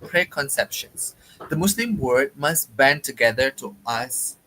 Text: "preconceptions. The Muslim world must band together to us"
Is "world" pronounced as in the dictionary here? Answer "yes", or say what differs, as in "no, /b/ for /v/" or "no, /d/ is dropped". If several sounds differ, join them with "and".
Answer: no, /l/ is dropped